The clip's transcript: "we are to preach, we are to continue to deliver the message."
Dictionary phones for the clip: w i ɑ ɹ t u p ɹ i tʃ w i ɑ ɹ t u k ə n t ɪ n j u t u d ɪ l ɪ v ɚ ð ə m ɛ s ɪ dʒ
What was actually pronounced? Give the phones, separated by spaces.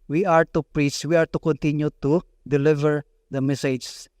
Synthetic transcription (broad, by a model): w i ɑ ɹ t u p ɹ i s w i ɑ ɹ t u k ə n t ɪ n j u t u d ɪ l ɪ v ɚ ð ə m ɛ s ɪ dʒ